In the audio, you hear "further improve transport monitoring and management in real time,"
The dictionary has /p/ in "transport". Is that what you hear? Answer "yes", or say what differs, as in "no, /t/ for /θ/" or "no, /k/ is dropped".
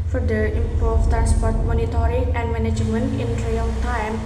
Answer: yes